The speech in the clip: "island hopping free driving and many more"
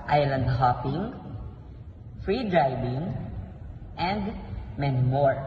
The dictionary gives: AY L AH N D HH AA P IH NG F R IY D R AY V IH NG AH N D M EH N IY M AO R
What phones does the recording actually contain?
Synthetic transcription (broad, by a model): AY L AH N D HH AA P IH NG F R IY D R AY B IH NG AH N D M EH N M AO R